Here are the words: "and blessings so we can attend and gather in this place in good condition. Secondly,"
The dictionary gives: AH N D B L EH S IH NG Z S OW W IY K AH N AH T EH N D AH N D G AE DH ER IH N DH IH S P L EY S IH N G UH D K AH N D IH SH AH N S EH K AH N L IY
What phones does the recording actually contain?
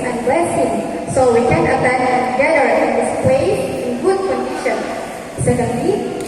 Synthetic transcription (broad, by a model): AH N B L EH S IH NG S OW W IY K AH N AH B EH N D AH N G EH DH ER IH N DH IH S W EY IH N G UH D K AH N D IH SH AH N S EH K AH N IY